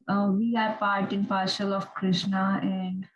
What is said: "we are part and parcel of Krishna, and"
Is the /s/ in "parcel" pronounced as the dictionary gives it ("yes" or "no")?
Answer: no